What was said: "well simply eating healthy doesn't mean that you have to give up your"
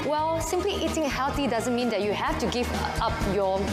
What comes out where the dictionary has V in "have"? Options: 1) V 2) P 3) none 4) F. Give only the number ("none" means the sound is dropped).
4